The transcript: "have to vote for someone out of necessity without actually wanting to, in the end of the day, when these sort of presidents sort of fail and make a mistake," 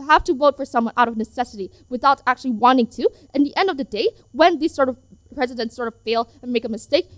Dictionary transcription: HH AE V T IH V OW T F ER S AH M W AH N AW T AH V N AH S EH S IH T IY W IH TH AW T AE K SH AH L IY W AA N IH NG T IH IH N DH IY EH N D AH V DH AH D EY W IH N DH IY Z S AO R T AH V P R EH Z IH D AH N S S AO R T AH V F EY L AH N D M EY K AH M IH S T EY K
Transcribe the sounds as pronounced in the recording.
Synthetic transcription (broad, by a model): HH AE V T IH V OW T F ER S AH M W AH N AW T AH V N AH S EH S IH T IY W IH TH AW T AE K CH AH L IY W AA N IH NG T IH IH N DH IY EH N D AH V DH AH D EY W IH N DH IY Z S AO R T AH V P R EH Z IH D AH N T S AO R T AH V F EY L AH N M EY K AH M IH S T EY K